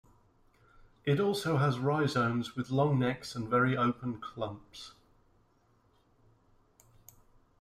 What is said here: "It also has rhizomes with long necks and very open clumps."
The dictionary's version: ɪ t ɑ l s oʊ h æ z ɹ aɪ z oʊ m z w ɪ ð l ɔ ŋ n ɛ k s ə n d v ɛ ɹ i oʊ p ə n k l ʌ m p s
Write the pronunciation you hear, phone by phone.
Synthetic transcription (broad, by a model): ɪ t ɑ l s oʊ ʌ z ɹ aɪ z oʊ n z w ɪ ð l ɔ ŋ n ɛ k s ə n v ɛ ɹ i oʊ p ə n k l ʌ m p s